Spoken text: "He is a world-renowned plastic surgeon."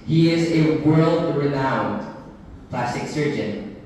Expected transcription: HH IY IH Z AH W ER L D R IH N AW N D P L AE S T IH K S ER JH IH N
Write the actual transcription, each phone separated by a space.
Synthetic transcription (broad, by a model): HH IY IH Z AH W ER L D R IH N AW N D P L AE S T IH K S ER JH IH N